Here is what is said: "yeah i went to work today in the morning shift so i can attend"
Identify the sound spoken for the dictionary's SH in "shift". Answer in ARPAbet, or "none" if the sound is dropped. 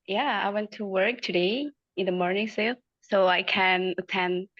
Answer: S